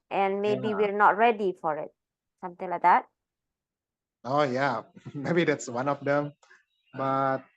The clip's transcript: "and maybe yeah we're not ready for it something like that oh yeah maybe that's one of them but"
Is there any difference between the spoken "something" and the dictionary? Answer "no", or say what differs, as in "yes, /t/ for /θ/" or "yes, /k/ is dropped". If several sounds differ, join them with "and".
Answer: yes, /t/ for /θ/